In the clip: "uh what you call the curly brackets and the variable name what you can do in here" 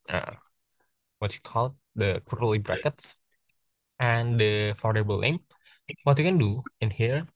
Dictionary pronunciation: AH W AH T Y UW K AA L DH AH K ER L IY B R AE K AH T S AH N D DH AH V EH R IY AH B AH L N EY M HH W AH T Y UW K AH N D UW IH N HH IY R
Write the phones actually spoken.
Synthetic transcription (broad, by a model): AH W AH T Y UW K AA L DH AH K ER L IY B R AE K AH T S AH N D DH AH F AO R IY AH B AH L L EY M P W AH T Y UW K AH N D UW IH N HH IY R